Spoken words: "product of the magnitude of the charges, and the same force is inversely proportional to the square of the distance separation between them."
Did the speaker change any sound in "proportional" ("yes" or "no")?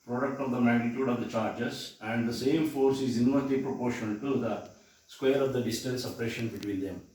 yes